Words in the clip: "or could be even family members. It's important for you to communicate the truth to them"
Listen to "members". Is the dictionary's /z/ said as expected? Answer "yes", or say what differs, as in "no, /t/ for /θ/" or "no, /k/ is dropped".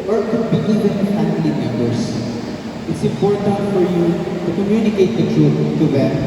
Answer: no, /s/ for /z/